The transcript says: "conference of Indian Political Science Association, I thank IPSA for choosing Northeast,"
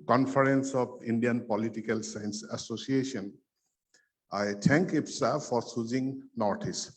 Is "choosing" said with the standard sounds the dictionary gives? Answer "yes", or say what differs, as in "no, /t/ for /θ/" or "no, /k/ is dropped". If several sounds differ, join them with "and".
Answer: no, /s/ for /tʃ/